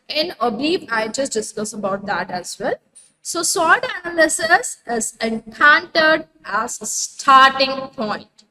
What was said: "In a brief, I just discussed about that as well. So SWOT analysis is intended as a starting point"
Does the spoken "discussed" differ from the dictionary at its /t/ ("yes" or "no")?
yes